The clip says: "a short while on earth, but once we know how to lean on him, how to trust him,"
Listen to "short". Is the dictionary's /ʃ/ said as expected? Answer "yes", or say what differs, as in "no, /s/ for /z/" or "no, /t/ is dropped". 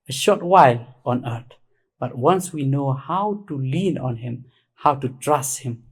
yes